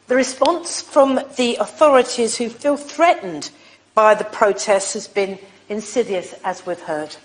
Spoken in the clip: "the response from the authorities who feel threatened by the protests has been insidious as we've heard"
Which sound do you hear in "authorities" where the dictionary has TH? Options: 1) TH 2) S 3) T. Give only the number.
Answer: 1